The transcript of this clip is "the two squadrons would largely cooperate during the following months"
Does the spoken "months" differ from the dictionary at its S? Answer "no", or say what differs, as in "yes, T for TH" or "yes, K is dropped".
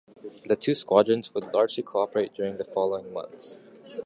no